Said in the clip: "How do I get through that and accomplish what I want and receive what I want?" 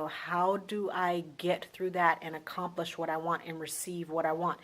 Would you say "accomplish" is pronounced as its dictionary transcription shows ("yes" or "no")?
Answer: yes